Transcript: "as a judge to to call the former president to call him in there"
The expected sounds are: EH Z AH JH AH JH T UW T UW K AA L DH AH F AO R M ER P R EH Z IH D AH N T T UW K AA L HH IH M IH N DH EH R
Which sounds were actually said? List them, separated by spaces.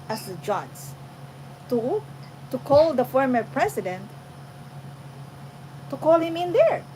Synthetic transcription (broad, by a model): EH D AH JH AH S T UW T UW K AA L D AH F AO R M ER P R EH S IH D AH N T T UW K AA L HH IH M IH N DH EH R